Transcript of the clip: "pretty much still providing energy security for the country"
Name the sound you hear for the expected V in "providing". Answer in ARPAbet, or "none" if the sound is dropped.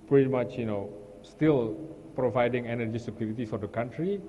V